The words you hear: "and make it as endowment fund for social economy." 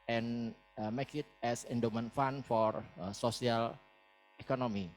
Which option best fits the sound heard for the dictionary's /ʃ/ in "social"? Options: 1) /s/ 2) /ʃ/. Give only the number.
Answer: 1